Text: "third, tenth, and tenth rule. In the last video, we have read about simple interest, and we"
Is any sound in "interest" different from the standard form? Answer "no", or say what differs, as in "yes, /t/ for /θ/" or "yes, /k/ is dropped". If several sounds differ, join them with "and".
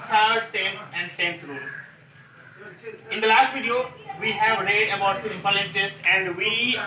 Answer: yes, /ɹ/ is dropped